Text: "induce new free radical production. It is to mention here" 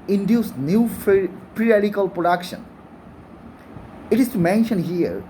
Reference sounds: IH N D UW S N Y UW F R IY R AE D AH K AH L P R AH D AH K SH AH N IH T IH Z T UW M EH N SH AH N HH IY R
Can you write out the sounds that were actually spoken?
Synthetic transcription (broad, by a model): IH N D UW S N Y UW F R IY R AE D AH K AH L P R AH D AH K SH AH N IH T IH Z T UW M EH N SH AH N HH IY R